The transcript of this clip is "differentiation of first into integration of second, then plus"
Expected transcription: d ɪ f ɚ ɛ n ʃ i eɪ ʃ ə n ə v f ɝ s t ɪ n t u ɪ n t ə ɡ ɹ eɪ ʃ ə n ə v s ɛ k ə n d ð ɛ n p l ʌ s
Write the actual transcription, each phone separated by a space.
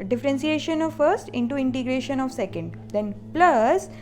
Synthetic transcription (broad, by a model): d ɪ f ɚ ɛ n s i eɪ ʃ ə n ə v f ɝ s t ɪ n t u ɪ n t ə ɡ ɹ eɪ ʃ ə n ə v s ɛ k ə n d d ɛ n p l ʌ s